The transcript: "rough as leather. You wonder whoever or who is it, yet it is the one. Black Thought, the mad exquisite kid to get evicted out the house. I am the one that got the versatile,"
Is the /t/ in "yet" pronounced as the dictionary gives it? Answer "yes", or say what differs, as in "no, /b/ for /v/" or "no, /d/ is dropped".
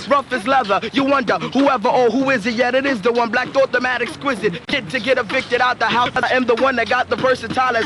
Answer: yes